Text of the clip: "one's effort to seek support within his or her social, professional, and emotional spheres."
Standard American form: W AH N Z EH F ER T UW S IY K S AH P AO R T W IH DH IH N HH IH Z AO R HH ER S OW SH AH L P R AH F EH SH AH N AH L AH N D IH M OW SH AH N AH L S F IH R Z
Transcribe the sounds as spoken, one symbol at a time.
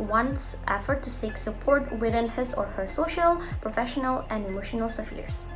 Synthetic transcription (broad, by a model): W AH N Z EH F ER T UW S IY K S AH P AO R T W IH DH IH N HH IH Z AO R HH ER S OW SH AH L P R AH F EH SH AH N AH L AH N D IH M OW SH AH N AH L S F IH R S